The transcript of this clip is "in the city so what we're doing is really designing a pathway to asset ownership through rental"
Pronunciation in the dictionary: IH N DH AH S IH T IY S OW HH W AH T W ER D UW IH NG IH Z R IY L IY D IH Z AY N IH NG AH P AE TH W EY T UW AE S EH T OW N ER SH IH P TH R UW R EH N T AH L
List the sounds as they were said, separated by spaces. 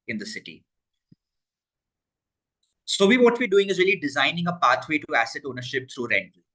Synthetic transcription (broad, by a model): IH N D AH S IH T IY S OW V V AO T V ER D UW IH NG IH Z R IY L IY D IH Z AY N IH NG AH P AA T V EY T UW AE S EH T OW N ER SH IH P T R UW R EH N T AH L